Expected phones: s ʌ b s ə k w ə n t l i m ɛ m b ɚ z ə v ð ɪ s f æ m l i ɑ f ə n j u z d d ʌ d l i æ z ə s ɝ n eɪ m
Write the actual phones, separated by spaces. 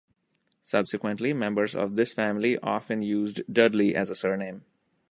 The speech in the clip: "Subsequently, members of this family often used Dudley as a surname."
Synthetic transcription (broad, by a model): s ʌ b s ə k w ə n t l i m ɛ m b ɚ z ə v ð ɪ s f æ m l i ɑ f ə n j u z d d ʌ d l i æ z ə s ɝ n eɪ m